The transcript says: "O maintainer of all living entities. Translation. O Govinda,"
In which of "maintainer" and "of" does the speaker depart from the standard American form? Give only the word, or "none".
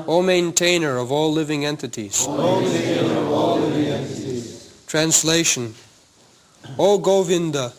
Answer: none